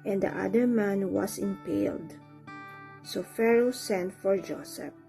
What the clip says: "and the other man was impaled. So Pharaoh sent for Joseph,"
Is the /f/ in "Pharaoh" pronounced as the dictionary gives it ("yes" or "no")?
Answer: yes